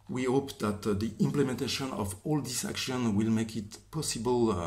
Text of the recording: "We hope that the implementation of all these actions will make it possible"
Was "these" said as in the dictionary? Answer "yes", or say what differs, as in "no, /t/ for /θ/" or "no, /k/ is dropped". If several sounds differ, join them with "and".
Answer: no, /s/ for /z/